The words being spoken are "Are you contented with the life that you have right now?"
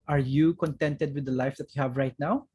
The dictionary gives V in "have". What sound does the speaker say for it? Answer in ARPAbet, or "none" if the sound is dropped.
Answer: V